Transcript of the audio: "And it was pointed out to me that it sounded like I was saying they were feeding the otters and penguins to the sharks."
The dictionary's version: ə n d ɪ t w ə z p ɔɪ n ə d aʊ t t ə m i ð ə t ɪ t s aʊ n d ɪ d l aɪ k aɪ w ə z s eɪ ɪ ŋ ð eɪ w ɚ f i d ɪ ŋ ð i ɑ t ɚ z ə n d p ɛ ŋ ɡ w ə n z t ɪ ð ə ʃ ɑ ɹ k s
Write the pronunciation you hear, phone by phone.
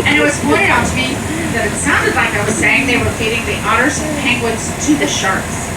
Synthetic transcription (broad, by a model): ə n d ɪ t w ə z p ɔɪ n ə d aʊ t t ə m i ð ə t ɪ t s aʊ n d ɪ d l aɪ k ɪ w ə z s eɪ ɪ ŋ ð eɪ w ɚ p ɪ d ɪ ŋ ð i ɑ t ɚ s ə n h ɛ ŋ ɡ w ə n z t ɪ ð ə ʃ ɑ ɹ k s